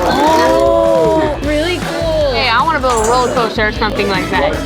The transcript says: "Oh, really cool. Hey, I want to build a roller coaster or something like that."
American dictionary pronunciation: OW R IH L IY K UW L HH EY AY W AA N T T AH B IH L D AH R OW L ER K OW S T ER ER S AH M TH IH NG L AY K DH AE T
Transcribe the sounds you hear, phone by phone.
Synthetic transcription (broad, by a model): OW R IH L IY K UW L HH EY AY W AA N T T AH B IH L AH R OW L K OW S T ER ER S AH M TH IH NG L AY K DH AE T